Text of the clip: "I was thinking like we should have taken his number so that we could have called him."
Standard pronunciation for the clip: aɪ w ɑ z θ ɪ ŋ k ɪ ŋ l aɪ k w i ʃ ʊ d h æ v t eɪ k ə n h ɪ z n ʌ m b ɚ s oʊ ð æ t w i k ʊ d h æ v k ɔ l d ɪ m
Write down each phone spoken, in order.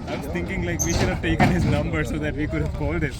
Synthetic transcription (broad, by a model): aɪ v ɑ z t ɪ ŋ k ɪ ŋ l aɪ k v i ʃ ʊ d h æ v t eɪ k ə n h ɪ z n ʌ m b ɚ s oʊ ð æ t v i k ʊ d h æ v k ɔ l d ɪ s